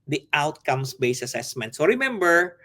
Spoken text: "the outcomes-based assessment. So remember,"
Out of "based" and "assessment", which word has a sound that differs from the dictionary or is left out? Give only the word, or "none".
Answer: based